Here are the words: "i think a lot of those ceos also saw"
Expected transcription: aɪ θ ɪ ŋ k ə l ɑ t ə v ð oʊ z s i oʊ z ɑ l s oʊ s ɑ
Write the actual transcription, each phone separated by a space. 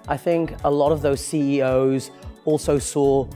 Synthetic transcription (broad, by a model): aɪ θ ɪ ŋ k ə l ɑ t ə v ð oʊ z s i oʊ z ɑ l s oʊ s ɑ